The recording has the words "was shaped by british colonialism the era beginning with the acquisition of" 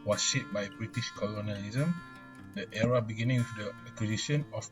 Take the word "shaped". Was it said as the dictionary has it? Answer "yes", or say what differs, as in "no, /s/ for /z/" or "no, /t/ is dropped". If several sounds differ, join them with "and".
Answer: no, /p/ is dropped